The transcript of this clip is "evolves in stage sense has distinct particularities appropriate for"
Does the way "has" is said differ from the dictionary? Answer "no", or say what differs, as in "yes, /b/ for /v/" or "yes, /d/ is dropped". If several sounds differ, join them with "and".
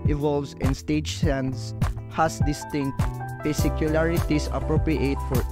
yes, /s/ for /z/